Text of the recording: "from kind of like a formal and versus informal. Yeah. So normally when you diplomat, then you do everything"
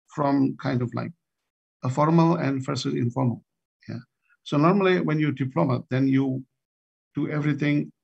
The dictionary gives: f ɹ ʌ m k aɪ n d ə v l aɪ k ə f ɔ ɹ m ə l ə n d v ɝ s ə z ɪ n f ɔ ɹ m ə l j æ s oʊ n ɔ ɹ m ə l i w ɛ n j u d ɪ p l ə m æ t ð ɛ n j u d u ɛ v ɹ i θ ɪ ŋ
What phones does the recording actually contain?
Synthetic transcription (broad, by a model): f ɹ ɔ m k aɪ n d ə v l aɪ k ə f ɔ ɹ m ə l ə n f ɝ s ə ɪ n f ɔ ɹ m ə l j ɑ s oʊ n ɔ ɹ m ə l i w ɛ n j u d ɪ p l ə m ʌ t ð ɛ n j u d u ɛ v ɹ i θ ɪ ŋ